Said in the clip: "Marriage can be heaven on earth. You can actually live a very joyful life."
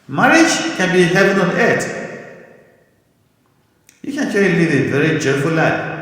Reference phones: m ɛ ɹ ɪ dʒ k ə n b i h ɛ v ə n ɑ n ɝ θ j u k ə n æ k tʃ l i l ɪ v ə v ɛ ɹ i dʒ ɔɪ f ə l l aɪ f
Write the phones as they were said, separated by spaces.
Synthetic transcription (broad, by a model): m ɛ ɹ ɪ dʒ k ə n b i h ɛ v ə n ɑ n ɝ t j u k ə n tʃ i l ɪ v ə v ɛ ɹ i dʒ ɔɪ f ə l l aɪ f